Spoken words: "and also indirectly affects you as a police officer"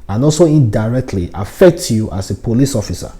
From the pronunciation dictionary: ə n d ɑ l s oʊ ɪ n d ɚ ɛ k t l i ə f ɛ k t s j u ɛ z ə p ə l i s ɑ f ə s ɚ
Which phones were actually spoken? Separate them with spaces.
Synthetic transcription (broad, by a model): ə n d ɑ l s oʊ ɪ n d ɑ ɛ k t l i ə f ɛ k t j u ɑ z ə p ə l i s ɑ f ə s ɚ